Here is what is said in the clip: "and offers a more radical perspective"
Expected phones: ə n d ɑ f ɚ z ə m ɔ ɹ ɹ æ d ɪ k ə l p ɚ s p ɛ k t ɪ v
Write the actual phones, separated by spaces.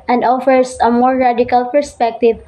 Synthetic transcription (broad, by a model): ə n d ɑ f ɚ s ə m ɔ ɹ ɹ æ d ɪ k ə l p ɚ s p ɛ k t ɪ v